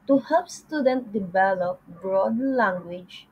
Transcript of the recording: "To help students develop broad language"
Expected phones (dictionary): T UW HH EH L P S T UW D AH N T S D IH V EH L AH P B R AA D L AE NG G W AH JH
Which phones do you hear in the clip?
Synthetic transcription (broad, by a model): T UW HH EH P S T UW D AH N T D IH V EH L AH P B R AA D L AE NG G W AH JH